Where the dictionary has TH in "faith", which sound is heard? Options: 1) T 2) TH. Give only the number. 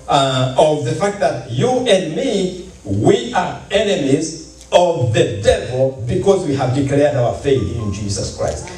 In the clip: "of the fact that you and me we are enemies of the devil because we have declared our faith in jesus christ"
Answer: 2